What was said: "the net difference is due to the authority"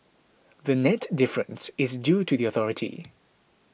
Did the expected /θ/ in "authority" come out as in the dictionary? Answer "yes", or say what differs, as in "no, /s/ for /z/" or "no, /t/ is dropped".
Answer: yes